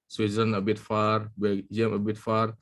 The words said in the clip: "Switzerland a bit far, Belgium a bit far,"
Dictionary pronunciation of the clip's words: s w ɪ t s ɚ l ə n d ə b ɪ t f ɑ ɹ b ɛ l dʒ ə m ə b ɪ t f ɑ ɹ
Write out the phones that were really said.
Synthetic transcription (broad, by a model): s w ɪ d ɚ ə n ə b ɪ t f ɑ ɹ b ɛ dʒ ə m ə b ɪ t f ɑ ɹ